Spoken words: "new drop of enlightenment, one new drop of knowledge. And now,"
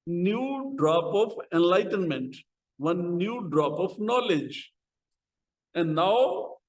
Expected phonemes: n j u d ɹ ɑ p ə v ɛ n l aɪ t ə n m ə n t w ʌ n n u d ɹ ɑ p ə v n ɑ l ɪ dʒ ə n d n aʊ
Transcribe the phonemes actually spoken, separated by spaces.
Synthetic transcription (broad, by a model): n j u d ɹ ɑ p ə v ɛ n l aɪ t ə n m ə n t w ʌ n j u d ɹ ɑ p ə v n ɑ l ɪ dʒ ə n d n aʊ